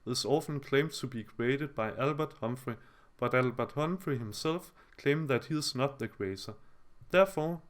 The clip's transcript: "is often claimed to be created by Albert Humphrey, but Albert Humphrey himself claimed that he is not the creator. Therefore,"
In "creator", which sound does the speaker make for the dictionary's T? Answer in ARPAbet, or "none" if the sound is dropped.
S